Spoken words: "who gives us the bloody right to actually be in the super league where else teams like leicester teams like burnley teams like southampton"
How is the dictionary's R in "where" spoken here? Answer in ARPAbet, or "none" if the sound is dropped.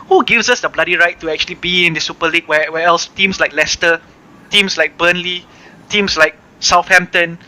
W